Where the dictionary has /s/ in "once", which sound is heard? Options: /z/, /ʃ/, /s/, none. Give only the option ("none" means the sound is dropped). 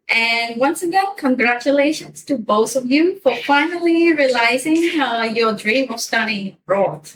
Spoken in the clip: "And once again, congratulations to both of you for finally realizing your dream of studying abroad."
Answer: /s/